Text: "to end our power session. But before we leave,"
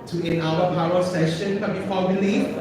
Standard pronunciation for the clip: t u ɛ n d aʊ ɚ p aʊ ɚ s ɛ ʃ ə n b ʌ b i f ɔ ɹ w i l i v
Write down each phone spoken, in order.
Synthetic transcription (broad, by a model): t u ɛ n aʊ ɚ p aʊ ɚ s ɛ ʃ ə n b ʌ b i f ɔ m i l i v